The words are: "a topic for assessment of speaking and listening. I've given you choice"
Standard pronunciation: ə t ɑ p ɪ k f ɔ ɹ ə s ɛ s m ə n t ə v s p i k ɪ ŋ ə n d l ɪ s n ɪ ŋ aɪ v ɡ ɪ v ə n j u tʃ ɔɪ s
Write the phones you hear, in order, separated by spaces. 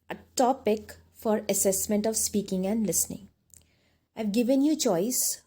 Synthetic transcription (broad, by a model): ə t ɑ p ɪ k f ɔ ɹ ə s ɛ s m ə n t ə v s p i k ɪ ŋ ə n d l ɪ s n ɪ ŋ aɪ v ɡ ɪ v ə n j u tʃ ɔɪ s